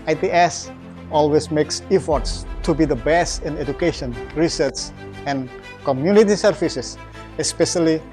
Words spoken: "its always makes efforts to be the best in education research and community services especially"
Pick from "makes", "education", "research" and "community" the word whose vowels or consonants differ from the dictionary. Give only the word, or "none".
research